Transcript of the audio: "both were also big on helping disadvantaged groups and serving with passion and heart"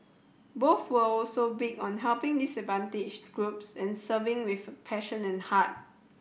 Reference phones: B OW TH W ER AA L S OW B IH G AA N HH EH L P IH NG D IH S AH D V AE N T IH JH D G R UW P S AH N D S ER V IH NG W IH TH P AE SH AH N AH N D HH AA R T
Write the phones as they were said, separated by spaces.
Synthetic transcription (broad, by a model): B OW TH W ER AA L S OW B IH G AA N HH EH L P IH NG D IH S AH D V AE N T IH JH G R UW P S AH N S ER V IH NG W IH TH P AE SH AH N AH N HH AA T